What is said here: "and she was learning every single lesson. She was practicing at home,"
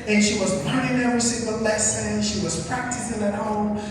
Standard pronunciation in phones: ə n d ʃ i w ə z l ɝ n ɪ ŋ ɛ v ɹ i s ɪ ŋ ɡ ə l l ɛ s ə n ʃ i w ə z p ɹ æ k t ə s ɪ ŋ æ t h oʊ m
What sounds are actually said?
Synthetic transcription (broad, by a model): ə n ʃ i w ə z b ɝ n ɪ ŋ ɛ ɹ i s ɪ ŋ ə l l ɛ s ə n ʃ i w ə z p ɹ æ k t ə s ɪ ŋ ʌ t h oʊ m